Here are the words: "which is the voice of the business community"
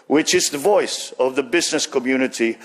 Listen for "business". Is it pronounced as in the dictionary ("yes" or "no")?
yes